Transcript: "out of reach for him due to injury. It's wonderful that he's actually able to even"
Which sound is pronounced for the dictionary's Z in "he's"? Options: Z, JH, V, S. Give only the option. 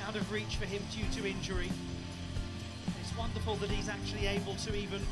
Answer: Z